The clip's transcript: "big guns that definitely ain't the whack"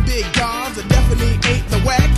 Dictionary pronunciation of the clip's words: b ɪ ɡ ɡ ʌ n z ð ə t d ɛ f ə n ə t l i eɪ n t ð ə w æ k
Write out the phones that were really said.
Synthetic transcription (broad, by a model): b ɪ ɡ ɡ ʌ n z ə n d ɛ f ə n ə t l i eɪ t ð ə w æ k